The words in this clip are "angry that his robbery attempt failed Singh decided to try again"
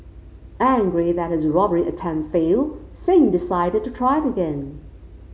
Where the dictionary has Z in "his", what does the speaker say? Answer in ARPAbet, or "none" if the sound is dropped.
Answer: Z